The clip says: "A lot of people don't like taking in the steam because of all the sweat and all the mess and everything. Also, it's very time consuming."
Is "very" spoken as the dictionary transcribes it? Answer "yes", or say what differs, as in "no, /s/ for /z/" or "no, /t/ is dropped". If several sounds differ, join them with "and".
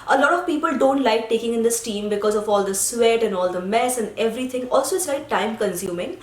no, /ɹ/ is dropped